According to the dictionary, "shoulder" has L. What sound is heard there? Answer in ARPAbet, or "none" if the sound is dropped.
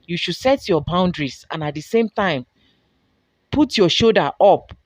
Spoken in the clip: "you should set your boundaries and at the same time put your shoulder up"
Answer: none